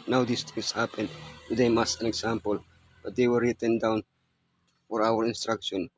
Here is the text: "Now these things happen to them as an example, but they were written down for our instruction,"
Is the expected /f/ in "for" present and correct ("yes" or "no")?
yes